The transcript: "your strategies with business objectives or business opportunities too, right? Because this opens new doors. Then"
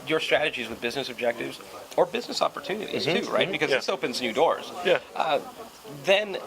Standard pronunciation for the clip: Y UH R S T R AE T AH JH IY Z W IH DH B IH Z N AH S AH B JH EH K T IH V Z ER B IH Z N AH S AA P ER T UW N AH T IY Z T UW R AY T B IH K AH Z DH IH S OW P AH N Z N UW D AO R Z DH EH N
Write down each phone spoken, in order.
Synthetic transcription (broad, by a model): Y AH R S T R AE T AH JH IY Z W IH DH B IH Z N AH S AH B JH EH K T IH V Z ER B IH Z N AH S AA P ER T UW N AH T IY Z T UW R AY T B IH K AH Z DH IH S OW P AH N Z N UW D AO R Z DH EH N